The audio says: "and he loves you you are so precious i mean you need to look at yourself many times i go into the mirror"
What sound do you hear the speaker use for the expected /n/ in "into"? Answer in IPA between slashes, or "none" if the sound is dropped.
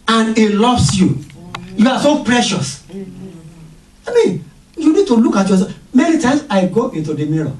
/n/